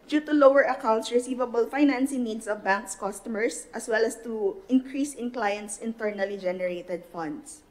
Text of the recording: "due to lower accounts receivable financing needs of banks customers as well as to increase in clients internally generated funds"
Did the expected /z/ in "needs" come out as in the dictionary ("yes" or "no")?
no